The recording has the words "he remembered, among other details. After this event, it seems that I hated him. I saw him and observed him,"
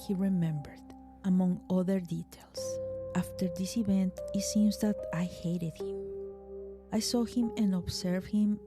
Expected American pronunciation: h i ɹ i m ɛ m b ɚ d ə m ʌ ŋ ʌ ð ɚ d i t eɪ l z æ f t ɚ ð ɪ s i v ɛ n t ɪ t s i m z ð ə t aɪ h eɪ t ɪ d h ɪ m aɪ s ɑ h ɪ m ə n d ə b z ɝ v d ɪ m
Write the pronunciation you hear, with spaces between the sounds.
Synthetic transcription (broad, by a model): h i ɹ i m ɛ m b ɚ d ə m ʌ ŋ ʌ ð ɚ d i t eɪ l s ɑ f t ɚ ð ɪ s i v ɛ n t ɪ t s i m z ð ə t aɪ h eɪ t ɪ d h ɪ m aɪ s ɑ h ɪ m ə n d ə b s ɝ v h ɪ m